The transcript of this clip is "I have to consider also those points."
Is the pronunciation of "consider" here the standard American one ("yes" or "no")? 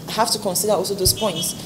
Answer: yes